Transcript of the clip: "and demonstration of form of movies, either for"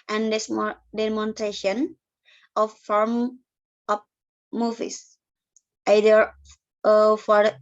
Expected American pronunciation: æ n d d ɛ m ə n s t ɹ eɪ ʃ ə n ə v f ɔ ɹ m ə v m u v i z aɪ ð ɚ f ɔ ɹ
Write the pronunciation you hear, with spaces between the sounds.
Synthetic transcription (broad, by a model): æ n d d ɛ m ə n t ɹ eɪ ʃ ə n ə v f ɔ ɹ m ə p m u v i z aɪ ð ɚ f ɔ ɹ